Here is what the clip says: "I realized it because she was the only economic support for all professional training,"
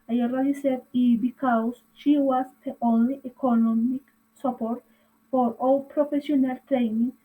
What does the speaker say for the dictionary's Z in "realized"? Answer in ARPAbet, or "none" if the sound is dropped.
S